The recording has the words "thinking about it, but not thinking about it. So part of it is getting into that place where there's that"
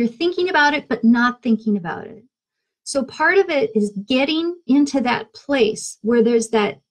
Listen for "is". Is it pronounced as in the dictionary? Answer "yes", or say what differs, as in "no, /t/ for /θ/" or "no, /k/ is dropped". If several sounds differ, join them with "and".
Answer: yes